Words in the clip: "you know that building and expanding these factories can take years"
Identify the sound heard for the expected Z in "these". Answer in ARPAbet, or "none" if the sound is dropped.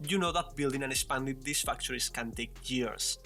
S